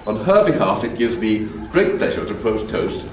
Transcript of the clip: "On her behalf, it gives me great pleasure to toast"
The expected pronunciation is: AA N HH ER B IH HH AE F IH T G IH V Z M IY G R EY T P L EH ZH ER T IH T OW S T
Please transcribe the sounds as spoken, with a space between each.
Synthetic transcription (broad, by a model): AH N ER B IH HH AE F IH T G IH V Z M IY G R EY T P L EH ZH ER T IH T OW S T